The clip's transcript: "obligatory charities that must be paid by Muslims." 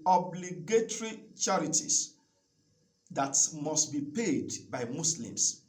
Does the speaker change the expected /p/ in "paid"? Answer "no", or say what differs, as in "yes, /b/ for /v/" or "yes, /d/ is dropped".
no